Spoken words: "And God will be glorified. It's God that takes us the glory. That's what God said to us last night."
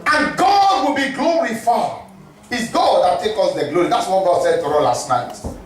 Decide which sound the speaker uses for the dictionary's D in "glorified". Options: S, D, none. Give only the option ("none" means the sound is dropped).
none